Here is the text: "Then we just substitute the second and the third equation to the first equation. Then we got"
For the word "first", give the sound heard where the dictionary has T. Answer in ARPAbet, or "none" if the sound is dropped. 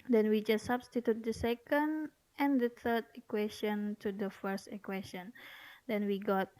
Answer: T